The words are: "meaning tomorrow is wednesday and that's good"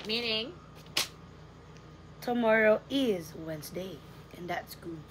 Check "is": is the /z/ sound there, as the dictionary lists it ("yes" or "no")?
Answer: yes